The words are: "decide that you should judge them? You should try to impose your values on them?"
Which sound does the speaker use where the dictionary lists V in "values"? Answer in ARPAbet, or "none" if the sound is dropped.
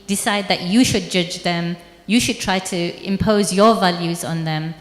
V